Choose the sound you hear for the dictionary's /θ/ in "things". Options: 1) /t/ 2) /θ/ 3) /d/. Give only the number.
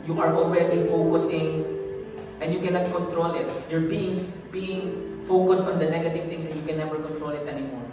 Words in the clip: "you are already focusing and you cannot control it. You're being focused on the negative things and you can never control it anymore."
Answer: 1